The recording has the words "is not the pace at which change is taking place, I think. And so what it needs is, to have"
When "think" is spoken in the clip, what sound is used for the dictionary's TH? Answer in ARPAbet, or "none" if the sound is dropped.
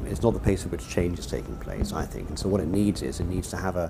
TH